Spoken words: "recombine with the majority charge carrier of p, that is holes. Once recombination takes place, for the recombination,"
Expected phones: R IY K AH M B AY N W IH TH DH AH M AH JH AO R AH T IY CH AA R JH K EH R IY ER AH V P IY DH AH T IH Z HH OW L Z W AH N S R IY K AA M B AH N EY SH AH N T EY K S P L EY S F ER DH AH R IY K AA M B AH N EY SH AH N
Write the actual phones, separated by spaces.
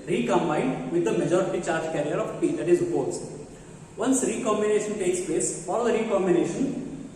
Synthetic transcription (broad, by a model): R IY K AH M B AY N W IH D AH M AH JH AO R AH T IY CH AA R JH K EH R IY ER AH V P IY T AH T IH Z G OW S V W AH N S R IY K AA M B AH N EY SH AH N T EY K S P L EY S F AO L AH R IY K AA M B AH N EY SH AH N